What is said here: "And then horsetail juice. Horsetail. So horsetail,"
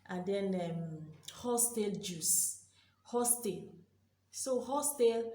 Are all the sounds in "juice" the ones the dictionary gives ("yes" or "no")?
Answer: yes